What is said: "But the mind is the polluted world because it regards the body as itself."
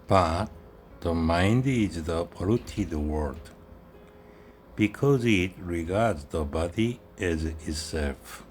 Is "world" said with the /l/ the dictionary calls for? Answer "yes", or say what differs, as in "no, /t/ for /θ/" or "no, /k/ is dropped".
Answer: no, /l/ is dropped